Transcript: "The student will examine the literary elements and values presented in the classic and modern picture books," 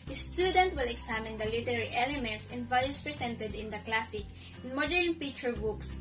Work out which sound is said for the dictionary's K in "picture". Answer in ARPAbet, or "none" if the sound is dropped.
none